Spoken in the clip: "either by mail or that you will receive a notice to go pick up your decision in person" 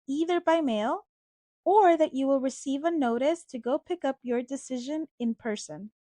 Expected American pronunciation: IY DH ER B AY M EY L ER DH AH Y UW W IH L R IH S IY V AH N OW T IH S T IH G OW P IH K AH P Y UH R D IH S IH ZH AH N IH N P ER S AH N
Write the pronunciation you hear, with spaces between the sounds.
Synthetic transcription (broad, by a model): IY DH ER B AY M EY L ER DH AH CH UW W IH L R IH S IY V AH N OW T IH S T IH G OW P IH K AH P Y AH R D IH S IH ZH AH N IH N P ER S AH N